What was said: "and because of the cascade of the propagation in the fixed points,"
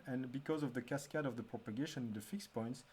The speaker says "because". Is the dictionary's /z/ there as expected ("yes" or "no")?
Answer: yes